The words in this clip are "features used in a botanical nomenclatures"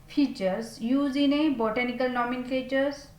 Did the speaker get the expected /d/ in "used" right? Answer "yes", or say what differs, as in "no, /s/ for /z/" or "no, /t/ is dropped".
no, /d/ is dropped